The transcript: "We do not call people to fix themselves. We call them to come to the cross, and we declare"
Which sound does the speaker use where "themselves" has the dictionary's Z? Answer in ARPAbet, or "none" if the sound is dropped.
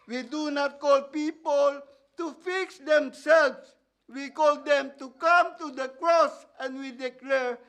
S